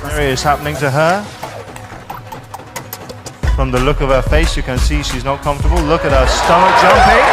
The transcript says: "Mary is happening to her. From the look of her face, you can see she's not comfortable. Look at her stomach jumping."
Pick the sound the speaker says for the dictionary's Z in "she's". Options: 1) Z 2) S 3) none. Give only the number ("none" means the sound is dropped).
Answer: 1